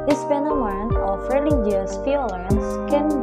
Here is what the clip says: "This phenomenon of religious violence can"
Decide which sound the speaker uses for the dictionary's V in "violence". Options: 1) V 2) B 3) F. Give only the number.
3